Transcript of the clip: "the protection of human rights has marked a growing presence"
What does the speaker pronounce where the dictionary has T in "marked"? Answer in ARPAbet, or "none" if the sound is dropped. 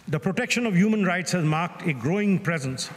T